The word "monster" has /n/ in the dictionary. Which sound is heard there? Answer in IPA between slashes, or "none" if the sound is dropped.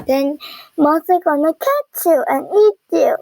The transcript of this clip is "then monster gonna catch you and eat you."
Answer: none